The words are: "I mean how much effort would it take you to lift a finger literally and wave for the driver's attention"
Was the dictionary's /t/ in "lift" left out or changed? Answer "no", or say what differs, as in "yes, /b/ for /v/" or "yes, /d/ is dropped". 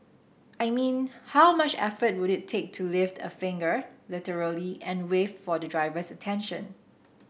no